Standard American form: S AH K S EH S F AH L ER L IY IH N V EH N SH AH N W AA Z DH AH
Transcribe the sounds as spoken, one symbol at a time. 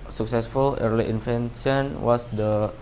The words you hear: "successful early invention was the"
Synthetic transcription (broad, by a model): S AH K S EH S F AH L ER L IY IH N F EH N S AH N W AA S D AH